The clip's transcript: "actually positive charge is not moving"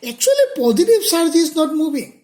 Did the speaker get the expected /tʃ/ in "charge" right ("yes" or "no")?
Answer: no